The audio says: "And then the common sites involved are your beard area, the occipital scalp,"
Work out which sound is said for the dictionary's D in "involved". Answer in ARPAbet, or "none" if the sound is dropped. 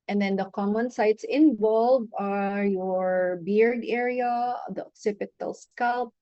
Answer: none